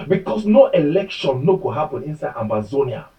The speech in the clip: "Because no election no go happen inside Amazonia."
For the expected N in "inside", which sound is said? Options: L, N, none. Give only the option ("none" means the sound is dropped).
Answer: N